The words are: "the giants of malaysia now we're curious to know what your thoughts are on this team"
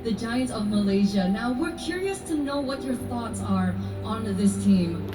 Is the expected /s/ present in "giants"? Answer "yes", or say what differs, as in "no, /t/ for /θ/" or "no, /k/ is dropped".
no, /s/ is dropped